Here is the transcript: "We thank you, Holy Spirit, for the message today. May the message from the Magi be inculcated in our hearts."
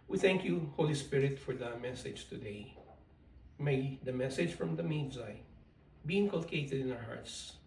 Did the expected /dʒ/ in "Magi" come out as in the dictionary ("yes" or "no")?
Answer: no